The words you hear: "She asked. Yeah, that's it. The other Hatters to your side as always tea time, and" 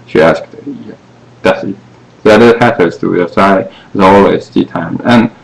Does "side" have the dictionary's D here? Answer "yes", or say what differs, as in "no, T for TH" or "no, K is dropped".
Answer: no, D is dropped